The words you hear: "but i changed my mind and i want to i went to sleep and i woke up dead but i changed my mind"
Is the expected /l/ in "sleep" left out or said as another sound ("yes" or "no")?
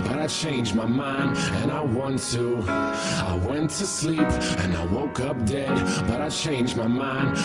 no